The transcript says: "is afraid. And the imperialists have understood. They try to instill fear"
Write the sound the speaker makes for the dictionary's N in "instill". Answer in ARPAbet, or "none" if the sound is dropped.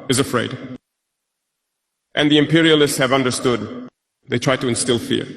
N